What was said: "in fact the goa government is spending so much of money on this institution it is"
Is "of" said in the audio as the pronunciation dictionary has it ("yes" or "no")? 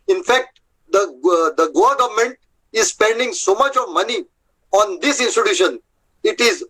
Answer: yes